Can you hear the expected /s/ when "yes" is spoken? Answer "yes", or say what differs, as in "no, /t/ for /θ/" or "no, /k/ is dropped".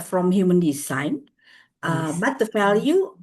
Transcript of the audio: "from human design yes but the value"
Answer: no, /s/ is dropped